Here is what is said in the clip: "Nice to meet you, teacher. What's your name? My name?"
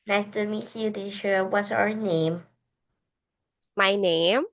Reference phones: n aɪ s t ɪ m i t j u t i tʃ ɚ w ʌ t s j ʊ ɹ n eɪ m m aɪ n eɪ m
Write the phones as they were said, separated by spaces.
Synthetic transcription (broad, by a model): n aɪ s t ɪ m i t j u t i ʃ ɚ w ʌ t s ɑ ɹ n eɪ m m aɪ n eɪ m